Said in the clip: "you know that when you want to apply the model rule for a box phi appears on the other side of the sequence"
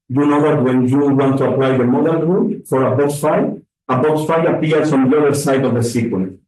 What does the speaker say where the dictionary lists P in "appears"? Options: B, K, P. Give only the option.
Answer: B